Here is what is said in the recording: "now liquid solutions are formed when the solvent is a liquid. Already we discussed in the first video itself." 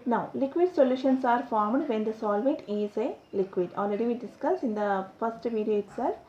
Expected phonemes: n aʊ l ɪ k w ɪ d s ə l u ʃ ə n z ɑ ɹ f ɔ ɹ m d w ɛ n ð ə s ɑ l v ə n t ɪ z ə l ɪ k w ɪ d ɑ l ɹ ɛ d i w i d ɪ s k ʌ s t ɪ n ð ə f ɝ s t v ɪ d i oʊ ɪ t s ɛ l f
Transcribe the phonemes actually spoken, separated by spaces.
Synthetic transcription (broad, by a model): n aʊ l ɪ k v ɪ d s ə l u ʃ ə n s ɑ ɹ f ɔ ɹ m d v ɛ n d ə s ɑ l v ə t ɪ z ə l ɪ k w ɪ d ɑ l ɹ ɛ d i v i d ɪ s k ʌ s ɪ n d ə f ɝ s t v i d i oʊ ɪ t s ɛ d